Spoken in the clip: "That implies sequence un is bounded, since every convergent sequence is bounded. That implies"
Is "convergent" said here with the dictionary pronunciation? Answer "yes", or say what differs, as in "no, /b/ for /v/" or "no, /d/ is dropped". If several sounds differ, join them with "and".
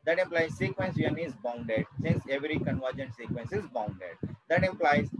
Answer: yes